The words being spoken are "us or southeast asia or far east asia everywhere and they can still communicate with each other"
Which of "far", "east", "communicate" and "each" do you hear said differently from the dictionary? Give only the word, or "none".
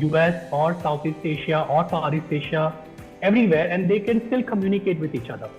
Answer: far